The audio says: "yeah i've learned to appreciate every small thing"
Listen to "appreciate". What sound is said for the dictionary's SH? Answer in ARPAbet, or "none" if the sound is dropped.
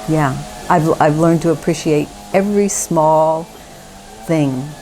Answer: SH